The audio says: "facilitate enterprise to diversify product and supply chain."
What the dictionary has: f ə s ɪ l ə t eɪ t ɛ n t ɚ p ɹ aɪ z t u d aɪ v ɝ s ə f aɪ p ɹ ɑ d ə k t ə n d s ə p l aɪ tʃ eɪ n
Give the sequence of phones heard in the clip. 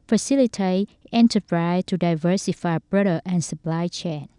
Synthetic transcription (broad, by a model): f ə s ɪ l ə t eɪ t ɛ n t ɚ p ɹ aɪ s t u d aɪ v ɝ s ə f aɪ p ɹ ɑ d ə t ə n s ə p l aɪ tʃ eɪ n